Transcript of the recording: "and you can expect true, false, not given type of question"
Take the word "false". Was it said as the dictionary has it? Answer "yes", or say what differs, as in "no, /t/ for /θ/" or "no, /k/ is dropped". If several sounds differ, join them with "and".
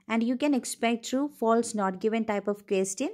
yes